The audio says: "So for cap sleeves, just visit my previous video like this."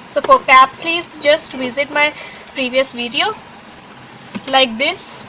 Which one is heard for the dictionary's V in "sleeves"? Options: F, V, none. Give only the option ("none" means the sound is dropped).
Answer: none